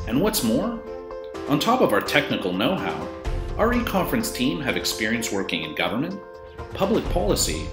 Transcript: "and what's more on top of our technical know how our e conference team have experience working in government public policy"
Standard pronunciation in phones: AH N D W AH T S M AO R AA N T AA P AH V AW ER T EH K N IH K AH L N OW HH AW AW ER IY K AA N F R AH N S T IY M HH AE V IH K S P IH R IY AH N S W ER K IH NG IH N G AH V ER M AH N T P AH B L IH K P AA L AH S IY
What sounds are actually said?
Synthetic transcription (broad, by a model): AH N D W AH T S M AO R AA N T AA P AH V AW ER T EH K N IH K L N OW HH AW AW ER IY K AA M F R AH N S T IY M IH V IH K S P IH R IY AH N S W ER K IH NG IH N G AH V ER M AH N T P AH B L IH K P AA L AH S IY